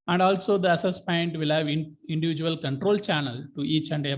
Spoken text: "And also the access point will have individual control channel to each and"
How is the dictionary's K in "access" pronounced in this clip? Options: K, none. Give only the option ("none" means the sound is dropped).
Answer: none